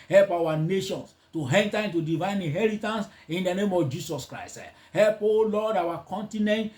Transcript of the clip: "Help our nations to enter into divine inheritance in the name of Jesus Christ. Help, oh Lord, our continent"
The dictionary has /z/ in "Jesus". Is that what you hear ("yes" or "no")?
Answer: no